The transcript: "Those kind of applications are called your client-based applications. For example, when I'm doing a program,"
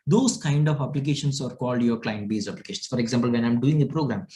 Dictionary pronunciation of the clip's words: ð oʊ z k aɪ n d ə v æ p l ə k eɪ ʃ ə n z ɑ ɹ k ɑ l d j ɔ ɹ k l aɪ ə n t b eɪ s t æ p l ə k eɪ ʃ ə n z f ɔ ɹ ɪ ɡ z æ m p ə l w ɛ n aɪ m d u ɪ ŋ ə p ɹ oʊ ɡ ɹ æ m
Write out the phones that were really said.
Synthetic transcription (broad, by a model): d oʊ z k aɪ n d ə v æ p l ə k eɪ ʃ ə n s ɑ ɹ k ɑ l d j ɔ ɹ k l aɪ ə n t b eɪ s æ p l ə k eɪ ʃ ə n s f ɔ ɹ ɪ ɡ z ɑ m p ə l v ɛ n aɪ m d u ɪ ŋ ə p ɹ oʊ ɡ ɹ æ m